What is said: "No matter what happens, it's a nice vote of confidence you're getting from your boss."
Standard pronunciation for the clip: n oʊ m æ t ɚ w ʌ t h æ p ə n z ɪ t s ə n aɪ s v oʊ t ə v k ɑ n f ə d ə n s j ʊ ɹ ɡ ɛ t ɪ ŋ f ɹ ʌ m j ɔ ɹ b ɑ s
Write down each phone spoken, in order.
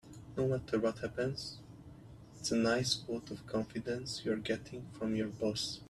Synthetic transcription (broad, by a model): n oʊ m æ t ɚ w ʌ t h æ p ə n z ɪ t s ə n aɪ s w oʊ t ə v k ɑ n f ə d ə n s j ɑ ɹ ɡ ɛ t ɪ ŋ f ɹ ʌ m j ɔ ɹ b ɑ s